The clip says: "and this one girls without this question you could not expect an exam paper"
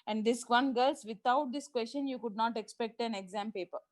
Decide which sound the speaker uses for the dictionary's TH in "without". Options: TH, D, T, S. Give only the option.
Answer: T